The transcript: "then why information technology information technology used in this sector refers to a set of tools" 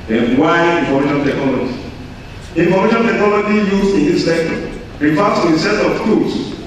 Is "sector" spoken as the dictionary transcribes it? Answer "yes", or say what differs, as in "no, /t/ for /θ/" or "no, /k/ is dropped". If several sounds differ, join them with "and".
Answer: no, /k/ is dropped